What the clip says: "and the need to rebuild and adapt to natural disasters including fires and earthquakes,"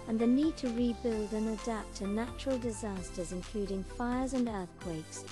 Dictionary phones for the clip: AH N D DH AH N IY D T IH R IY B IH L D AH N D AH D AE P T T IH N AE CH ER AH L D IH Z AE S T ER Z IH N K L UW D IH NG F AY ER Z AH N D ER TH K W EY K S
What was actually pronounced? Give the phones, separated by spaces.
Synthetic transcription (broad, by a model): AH N DH AH N IY D T IH R IY B IH L D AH N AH D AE P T T IH N AE CH ER AH L D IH Z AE S T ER Z IH N K L UW D IH NG F AY ER Z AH N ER TH K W EY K S